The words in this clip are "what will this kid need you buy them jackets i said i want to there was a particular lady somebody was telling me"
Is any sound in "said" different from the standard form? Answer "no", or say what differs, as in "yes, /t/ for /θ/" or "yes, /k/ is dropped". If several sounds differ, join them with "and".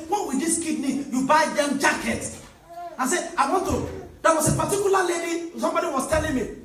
yes, /d/ is dropped